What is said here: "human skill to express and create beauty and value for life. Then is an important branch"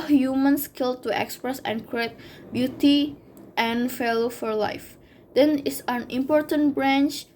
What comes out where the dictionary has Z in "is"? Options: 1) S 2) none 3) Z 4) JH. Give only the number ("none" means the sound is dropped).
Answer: 1